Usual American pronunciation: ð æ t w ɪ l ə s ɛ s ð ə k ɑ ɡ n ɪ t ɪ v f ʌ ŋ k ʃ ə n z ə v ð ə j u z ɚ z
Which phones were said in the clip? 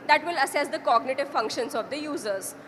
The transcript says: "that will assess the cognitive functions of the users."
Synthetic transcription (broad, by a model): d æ t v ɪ l ə s ɛ s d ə k ɑ ɡ n ɪ t ɪ v f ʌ ŋ k ʃ ə n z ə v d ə j u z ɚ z